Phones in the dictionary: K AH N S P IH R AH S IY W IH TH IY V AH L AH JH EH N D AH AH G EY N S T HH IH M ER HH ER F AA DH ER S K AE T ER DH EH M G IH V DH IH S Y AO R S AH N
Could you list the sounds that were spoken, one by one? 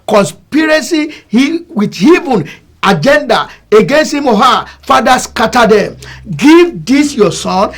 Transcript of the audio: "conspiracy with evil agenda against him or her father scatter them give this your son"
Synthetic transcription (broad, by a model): K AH N S P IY R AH S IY W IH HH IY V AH N AH JH EH N D AH AH G EY N S T HH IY M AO HH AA F AA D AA S K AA T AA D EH M G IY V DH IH S Y AO S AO N